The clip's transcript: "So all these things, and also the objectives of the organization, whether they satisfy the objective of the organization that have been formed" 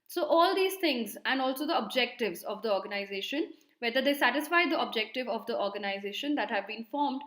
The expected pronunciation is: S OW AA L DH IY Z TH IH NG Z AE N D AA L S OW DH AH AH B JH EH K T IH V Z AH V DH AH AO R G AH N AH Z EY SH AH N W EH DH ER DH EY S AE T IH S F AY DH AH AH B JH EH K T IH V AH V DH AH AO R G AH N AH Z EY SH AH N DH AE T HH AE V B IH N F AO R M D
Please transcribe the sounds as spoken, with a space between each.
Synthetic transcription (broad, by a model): S OW AA L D IY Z T IH NG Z AE N D AA L S OW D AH AH B JH EH K T IH V Z AH V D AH AO R G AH N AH Z EY SH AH N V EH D ER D EY S AE T IH S F AY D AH AH B JH EH K T IH V AH V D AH AO R G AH N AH Z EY SH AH N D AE T HH AE V B IH N F AO R M D